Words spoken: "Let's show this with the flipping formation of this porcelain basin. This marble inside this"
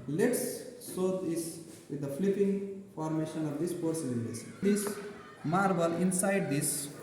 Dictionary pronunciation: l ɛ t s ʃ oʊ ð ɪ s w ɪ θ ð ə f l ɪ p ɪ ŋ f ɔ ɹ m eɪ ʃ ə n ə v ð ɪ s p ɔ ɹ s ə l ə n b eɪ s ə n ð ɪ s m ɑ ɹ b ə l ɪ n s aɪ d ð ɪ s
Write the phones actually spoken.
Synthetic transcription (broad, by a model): l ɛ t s s oʊ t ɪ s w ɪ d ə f l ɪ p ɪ ŋ f ɔ ɹ m eɪ ʃ ə n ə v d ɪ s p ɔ ɹ s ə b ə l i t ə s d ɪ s m ɑ ɹ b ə l ɪ n s aɪ d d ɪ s